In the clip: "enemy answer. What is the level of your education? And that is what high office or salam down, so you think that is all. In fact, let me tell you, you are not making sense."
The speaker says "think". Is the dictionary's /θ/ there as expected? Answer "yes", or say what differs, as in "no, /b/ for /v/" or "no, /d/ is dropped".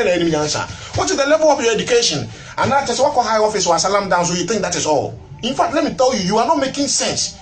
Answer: no, /t/ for /θ/